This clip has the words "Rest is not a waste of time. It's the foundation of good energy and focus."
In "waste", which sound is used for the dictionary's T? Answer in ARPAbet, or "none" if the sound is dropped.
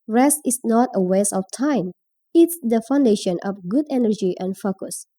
none